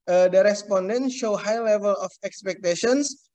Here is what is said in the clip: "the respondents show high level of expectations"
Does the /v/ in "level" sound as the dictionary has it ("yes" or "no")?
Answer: yes